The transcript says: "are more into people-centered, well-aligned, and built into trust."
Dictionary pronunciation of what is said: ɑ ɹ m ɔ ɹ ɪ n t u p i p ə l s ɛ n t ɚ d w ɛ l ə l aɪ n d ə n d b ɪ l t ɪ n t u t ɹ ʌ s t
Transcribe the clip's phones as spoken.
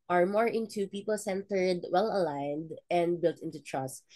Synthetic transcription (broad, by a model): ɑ ɹ m ɔ ɹ ɪ n t u p i p ə l s ɛ n t ɚ d w ɛ l ə l aɪ n d ə n d b ɪ l t ɪ n t u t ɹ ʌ s t